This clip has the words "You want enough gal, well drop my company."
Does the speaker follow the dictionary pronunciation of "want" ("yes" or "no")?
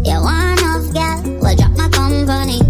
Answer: no